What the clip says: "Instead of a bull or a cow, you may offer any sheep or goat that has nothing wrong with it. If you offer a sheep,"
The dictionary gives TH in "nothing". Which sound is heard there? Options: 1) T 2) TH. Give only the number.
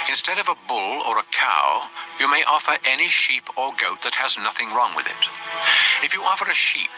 2